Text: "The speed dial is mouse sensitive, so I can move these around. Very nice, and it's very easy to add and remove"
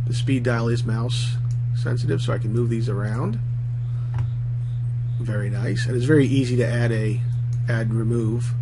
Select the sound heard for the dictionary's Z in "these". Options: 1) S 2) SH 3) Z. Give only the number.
3